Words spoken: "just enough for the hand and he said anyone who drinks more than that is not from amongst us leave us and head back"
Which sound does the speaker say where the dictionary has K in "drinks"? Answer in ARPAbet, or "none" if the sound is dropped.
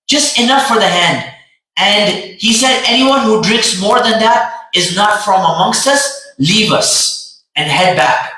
K